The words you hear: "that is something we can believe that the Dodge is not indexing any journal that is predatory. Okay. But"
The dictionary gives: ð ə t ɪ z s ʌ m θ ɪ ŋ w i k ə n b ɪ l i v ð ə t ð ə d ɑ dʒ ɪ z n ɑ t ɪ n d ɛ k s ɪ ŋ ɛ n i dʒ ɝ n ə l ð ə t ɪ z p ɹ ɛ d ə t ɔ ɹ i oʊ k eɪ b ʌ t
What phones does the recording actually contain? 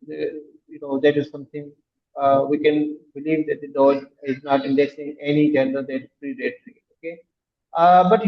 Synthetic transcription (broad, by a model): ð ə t ɪ z s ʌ m t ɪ ŋ w i k ə n b ɪ l i v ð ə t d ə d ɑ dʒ ɪ z n ɑ t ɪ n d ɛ s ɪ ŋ ɛ n i dʒ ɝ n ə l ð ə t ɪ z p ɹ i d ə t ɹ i oʊ k eɪ b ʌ t